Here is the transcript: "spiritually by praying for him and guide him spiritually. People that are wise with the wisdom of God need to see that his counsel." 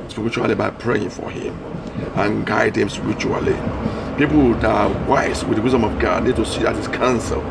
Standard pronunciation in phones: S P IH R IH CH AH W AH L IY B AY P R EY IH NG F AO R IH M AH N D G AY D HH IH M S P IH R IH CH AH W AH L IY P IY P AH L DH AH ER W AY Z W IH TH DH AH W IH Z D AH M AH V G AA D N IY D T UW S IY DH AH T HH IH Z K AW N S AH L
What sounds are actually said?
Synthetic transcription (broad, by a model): S P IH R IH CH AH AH L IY B AY P R EY IH NG F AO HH IH M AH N G AY D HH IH M S P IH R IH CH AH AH L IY P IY P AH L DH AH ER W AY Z W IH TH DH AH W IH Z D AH M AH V G AA D N IY D T UW S IY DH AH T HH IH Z K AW N S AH L